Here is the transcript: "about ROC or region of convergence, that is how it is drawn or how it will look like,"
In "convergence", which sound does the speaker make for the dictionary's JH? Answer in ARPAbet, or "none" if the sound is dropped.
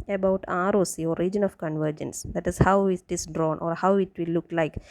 JH